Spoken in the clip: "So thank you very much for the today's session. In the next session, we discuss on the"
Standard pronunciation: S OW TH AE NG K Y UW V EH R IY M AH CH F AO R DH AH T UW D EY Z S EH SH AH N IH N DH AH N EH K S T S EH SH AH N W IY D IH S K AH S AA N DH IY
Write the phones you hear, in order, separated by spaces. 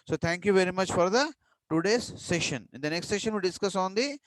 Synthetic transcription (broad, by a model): S OW T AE NG K Y UW V EH R IY M AH CH F AO R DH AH T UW D EY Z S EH SH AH N IH N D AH N EH K S T S EH SH AH N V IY D IH S K AH S AA N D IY